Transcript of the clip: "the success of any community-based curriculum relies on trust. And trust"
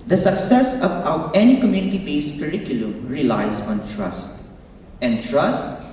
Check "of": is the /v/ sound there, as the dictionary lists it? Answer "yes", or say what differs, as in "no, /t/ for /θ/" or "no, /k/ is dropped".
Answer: no, /w/ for /v/